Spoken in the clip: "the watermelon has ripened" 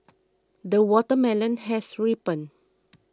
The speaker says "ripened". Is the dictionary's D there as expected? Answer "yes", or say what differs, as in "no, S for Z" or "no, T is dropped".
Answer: no, D is dropped